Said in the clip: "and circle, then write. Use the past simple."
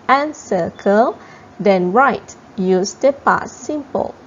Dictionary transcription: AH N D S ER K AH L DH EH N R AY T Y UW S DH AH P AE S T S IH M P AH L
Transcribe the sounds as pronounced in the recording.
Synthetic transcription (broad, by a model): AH N S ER K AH L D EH N R AY T Y UW S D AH P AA T S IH M P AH L